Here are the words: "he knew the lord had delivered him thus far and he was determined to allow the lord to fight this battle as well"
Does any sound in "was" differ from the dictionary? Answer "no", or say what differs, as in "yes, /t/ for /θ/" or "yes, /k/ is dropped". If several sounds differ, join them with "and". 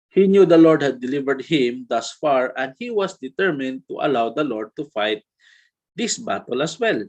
yes, /s/ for /z/